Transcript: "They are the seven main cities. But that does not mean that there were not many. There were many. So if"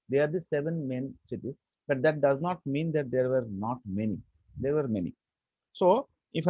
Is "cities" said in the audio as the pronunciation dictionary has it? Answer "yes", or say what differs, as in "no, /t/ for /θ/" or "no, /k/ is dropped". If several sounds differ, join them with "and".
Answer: no, /z/ is dropped